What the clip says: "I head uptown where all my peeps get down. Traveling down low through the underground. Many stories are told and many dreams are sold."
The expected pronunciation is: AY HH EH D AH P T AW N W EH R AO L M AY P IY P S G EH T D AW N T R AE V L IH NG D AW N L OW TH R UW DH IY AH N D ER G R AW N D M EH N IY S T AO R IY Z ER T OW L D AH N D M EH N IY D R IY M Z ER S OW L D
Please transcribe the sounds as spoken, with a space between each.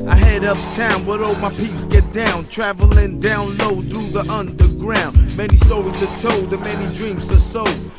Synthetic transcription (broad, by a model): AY HH EH D AH P T AW N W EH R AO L M AY P IY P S G EH T D AW N T R AE V L IH NG D AW N L OW TH R UW DH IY AH N D ER G R AW N D M EH N IY S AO IY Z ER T OW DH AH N M EH N IY D R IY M S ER S OW